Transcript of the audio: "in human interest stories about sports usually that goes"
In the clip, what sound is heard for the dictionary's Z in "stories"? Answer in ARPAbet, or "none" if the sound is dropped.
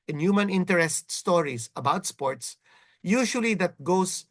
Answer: S